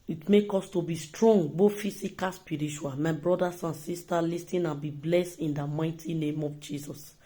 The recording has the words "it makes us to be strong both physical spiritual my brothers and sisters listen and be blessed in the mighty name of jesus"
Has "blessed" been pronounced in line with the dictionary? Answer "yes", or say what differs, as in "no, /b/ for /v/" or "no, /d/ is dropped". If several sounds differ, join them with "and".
yes